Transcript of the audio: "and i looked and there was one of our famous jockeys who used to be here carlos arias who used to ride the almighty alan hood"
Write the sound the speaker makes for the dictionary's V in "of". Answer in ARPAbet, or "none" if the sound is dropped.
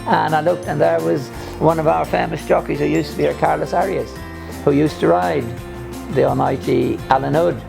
V